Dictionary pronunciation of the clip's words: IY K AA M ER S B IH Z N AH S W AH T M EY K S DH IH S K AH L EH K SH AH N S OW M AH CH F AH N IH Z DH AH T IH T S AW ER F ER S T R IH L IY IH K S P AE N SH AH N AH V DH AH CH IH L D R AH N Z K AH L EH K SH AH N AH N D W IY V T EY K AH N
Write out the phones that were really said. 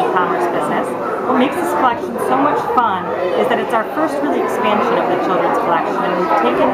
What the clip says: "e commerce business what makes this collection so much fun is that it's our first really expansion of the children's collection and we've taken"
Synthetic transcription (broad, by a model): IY K AA M ER S B IH Z N AH S W AH T M EY K S DH IH S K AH L EH K SH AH N S OW M AH CH F AH N IH Z DH AH T IH T S AW ER F ER S T R IH L IY IH K S P AE N SH AH N AH V DH AH CH IH L D R AH N Z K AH L EH K SH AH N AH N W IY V T EY K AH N